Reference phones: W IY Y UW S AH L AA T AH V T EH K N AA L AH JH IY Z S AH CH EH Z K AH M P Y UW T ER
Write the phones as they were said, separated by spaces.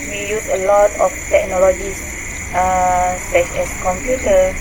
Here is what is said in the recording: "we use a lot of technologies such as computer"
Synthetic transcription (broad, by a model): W IY Y UW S AH L AA T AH F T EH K N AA L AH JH IY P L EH S EH S K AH M P Y UW T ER